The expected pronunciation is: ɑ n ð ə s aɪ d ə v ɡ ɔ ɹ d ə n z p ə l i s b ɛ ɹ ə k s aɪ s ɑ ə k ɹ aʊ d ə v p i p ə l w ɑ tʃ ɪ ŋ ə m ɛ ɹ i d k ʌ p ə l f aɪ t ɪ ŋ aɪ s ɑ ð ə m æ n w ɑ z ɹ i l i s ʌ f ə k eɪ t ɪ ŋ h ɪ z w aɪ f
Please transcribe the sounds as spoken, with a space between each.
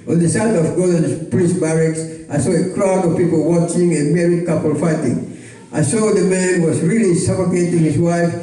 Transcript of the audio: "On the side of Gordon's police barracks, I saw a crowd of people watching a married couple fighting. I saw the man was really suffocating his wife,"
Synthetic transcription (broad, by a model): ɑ n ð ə s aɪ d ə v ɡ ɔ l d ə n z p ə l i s b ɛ ɹ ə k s aɪ s ɑ ə k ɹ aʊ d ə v p i p ə l w ɑ tʃ ɪ ŋ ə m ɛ ɹ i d k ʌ p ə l f aɪ t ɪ ŋ aɪ s ɑ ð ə m æ n w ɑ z ɹ i l i s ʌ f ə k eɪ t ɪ ŋ h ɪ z w aɪ f